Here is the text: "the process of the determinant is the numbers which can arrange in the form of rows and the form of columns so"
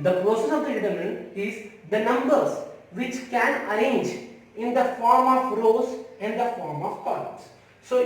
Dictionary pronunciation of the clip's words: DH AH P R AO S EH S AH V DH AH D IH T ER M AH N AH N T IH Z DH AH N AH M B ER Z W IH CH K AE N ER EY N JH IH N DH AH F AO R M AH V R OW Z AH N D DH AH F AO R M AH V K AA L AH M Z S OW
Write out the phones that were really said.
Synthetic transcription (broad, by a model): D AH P AO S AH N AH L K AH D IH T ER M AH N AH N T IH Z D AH N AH M B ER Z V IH CH K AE N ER EY N JH IH N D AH F AO R M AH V R OW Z AH N D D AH F AO R M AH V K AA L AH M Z S OW